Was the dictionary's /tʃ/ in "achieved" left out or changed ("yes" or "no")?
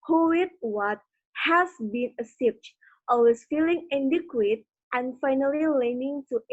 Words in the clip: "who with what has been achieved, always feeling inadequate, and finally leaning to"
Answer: yes